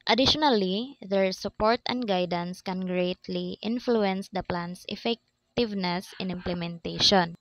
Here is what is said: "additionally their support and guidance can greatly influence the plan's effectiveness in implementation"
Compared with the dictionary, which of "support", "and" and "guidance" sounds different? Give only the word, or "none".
none